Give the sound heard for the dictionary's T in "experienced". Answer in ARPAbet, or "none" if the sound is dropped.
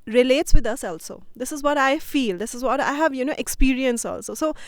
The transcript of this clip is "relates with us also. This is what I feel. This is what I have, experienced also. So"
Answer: none